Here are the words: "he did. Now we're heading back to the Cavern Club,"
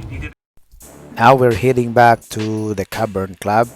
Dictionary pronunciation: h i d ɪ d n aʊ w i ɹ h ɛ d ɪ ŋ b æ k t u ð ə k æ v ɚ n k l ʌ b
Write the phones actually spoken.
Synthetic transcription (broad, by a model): n aʊ w i ɹ h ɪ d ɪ ŋ b æ k t u ð ə k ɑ b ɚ n k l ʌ b